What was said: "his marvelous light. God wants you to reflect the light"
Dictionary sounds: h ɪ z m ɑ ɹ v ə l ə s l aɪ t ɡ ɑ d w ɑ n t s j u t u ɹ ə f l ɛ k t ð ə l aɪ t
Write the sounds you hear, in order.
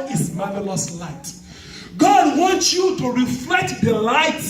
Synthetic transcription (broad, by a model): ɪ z m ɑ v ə l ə s l aɪ t ɡ ɑ d w ɑ n t s j u t u ɹ ə f l ɛ k t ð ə l aɪ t